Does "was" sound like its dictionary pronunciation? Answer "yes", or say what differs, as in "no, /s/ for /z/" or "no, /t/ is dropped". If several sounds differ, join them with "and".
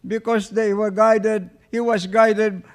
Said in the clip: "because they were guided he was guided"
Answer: no, /s/ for /z/